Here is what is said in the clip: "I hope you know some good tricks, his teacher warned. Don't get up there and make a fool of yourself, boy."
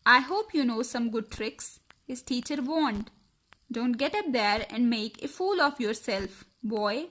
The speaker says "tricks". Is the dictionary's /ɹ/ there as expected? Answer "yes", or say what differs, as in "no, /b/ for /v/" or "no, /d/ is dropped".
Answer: yes